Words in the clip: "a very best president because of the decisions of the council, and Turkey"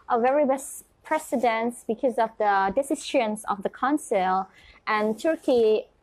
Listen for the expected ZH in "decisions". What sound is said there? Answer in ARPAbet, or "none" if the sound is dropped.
SH